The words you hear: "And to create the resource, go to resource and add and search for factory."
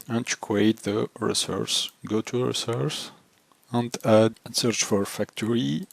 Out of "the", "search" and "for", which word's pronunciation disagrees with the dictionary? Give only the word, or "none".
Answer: none